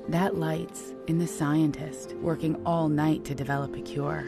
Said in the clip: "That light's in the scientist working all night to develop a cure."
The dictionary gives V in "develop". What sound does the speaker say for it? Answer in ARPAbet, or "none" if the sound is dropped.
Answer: V